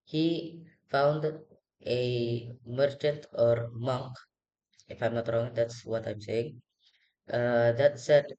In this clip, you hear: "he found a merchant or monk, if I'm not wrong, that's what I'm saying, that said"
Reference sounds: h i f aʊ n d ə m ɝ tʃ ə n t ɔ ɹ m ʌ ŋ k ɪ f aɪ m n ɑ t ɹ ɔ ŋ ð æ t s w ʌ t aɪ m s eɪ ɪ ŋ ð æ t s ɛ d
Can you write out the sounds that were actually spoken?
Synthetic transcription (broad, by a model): h i f aʊ n d ə m ɝ tʃ ə n t ɔ ɹ m ʌ ŋ k ɪ f aɪ m n ɑ t ɹ ɔ ŋ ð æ t s w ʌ t aɪ m s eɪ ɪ ŋ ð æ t s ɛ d